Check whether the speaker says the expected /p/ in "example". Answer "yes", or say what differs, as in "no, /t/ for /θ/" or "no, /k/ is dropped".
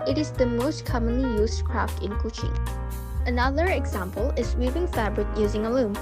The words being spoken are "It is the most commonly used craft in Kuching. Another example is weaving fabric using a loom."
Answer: yes